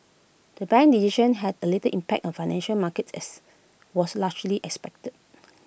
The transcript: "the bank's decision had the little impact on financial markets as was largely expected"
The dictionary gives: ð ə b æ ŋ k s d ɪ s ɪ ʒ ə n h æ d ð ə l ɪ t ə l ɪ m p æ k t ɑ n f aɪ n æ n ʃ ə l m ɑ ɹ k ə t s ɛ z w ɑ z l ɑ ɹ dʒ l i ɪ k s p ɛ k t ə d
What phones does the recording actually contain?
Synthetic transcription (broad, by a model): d ə b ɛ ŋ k d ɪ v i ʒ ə n h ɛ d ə l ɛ t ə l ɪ m p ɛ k t ɑ n f aɪ n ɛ n ʃ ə l m ɑ k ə t s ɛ s w ɑ s l ɑ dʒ l i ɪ k s p ɛ k t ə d